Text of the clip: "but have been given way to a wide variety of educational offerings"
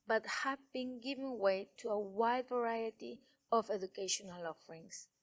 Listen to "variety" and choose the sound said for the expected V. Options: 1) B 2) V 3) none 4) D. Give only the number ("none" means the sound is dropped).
2